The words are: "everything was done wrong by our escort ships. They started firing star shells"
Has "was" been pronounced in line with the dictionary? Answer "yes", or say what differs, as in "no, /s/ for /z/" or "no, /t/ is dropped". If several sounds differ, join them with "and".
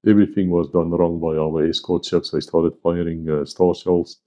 yes